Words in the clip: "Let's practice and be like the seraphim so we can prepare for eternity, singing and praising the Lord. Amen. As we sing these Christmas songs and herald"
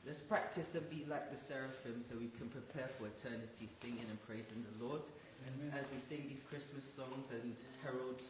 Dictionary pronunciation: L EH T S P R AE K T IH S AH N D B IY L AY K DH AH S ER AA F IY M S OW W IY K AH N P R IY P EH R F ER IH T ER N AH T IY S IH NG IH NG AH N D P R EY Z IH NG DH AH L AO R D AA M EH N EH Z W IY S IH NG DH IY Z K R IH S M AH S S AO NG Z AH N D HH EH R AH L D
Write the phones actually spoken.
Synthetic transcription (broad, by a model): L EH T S P R AE K T IH S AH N B IY L AY K DH AH S ER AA F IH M S OW W IY K AH N P R IY P EH R F ER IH T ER N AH T IY S IH NG IH NG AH N P R EY Z IH NG DH AH L AO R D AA Z W IY S IH NG DH IY Z K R IH S M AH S S AO NG Z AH N HH EH R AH L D